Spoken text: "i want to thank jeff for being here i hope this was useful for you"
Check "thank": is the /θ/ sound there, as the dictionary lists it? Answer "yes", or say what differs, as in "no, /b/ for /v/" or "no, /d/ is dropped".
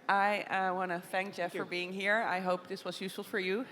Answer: yes